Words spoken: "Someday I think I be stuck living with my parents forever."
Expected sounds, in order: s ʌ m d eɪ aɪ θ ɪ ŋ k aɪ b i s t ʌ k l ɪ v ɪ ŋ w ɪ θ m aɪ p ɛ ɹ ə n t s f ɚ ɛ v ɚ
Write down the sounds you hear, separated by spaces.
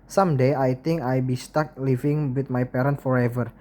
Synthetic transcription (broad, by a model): s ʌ m d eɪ aɪ t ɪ ŋ k aɪ b i s t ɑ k l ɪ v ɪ ŋ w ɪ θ m aɪ p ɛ ɹ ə n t f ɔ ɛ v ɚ